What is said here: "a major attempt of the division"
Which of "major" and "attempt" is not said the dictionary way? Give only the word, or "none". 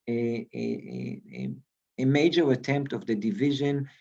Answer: none